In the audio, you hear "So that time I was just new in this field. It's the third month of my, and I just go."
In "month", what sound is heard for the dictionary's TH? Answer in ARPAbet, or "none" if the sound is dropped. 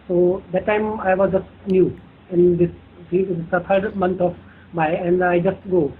T